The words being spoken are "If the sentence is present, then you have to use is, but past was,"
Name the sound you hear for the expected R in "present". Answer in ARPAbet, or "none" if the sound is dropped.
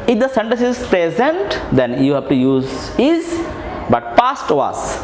R